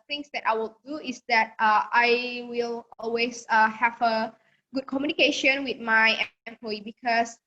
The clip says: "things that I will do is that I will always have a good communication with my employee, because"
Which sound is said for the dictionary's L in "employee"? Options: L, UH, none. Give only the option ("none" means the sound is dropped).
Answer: none